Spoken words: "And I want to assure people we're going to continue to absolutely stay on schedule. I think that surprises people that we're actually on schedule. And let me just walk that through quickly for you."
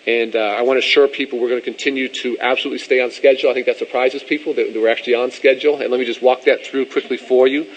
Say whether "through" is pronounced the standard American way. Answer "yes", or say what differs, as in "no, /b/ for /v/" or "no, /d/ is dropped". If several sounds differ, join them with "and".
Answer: yes